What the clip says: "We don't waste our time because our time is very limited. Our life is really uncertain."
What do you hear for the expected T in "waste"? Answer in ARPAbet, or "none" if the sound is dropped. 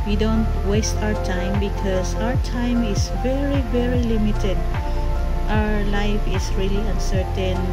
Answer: T